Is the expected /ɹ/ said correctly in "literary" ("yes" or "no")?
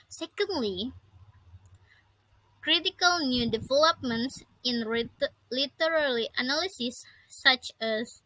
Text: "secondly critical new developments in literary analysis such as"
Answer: no